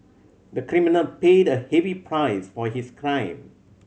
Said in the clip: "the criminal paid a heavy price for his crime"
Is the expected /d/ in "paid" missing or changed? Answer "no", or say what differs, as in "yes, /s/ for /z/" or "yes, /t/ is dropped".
no